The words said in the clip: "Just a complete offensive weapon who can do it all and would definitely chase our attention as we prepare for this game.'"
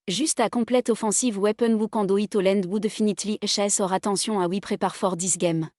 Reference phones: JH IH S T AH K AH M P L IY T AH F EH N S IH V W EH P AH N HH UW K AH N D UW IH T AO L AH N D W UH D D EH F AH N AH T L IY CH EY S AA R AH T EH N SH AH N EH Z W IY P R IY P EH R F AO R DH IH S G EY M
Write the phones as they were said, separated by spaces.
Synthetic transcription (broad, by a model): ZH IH S T AH K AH P L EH T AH F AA S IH V W EH P AH N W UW K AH D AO IH T AO L AH N D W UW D D EH F AH N AH T L IY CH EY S AA R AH T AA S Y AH AA W IY P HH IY P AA R F AO R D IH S G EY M